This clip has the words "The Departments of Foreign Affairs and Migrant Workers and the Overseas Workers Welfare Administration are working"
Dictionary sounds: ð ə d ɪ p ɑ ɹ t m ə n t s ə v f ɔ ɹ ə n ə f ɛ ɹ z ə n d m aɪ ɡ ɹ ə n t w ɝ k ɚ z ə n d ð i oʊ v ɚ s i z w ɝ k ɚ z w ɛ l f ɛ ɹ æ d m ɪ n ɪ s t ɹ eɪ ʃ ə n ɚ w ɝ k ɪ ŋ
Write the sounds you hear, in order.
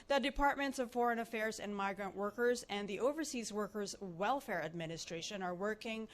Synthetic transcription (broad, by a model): ð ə d ɪ p ɑ ɹ t m ə n t s ə v f ɔ ɹ ə n ə f ɛ ɹ z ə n m aɪ ɡ ɹ ə n t w ɝ k ɚ z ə n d ð i oʊ v ɚ s i z w ɝ k ɚ z w ɛ l f ɛ ɹ æ d m ɪ n ɪ s t ɹ eɪ ʃ ə n ɚ w ɝ k ɪ ŋ